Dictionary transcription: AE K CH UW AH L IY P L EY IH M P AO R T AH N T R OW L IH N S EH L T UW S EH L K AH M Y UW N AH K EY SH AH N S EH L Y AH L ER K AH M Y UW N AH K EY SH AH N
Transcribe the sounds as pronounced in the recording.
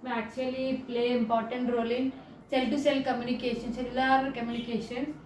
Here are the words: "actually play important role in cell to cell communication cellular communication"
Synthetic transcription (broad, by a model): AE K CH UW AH L IY P L EY IH M P AO R T AH N T R OW L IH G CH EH L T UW S EH L K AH M Y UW N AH K EY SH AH N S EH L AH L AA K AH M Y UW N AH K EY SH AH N